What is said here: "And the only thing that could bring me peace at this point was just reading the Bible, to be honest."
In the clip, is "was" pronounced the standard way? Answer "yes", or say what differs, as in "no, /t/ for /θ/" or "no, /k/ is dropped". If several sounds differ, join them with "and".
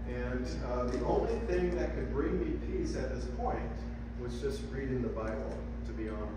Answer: yes